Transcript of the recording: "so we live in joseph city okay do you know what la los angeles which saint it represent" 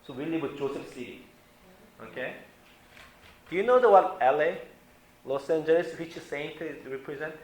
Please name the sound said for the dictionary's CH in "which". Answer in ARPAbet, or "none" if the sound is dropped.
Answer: S